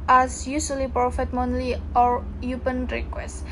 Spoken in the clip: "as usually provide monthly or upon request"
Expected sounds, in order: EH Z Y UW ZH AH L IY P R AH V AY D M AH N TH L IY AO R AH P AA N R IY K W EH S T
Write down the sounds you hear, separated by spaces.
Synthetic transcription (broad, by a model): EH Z Y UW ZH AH L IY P R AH F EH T M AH N L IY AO R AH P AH N R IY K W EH S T